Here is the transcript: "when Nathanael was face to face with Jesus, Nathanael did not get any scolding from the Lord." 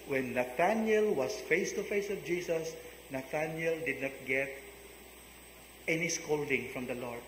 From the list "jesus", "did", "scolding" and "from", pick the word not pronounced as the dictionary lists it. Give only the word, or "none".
jesus